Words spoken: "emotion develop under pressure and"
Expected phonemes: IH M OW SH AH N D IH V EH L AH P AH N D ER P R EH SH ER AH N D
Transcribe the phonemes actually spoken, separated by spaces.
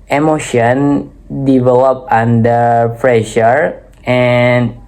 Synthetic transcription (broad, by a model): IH M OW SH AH N D IH V EH L AH P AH N D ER F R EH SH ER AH N